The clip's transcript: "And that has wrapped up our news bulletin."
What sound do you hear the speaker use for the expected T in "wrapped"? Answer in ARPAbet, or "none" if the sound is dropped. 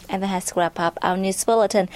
none